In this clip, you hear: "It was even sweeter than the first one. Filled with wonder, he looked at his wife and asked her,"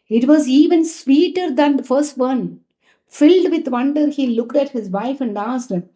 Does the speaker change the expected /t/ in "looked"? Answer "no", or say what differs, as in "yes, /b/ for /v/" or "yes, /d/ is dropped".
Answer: no